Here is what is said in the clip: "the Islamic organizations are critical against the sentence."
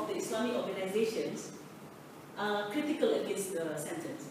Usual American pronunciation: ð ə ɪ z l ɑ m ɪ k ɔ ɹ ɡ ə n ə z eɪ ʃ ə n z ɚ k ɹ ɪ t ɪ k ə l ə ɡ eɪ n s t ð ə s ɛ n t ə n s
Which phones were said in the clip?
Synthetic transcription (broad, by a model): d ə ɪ s l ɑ m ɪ k ɔ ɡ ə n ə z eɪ ʃ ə n s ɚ k ɹ ɪ t ɪ k ə l ə ɡ eɪ n s t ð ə s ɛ n t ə n s